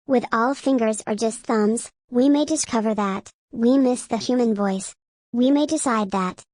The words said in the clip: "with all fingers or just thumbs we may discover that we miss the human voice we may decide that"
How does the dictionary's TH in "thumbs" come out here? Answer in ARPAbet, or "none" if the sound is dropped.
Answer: TH